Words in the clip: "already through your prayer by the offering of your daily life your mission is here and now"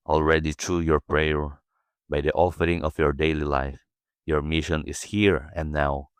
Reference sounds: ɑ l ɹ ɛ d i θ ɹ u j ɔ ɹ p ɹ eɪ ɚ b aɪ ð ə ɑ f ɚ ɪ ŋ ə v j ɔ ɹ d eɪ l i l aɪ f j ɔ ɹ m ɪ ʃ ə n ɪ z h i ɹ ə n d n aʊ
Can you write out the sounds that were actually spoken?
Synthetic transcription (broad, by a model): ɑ l ɹ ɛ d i t ɹ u j ɔ ɹ p ɹ eɪ ɚ b aɪ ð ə ɑ f ɚ ɪ ŋ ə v j ɔ ɹ d eɪ l i l aɪ f j ɔ ɹ m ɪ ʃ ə n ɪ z h i ɹ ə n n aʊ